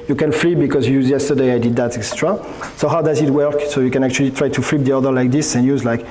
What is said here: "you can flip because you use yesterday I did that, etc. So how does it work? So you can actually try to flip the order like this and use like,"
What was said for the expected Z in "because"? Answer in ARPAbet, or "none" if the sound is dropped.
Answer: Z